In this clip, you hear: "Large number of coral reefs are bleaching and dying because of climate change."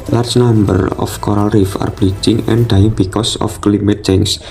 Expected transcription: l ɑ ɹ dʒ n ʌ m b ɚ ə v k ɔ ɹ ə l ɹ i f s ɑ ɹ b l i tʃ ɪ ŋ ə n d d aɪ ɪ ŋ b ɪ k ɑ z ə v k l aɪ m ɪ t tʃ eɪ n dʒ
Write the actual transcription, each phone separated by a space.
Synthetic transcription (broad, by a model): l ɑ ɹ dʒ n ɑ m b ɚ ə f k ɔ ɹ ə l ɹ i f ɑ ɹ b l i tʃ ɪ ŋ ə n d d aɪ ɪ ŋ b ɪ k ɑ s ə f k l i m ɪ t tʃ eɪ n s